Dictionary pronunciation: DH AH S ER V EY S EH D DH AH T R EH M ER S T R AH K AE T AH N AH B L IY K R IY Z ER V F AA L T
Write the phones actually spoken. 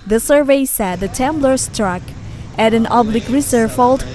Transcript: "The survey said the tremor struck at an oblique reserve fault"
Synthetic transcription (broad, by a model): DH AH S ER V EY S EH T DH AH T EH M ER S T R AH K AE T AH N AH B L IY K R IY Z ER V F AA L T